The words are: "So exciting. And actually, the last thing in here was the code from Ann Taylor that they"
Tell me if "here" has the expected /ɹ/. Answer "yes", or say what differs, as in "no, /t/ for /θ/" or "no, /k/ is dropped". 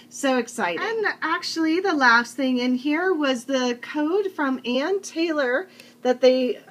yes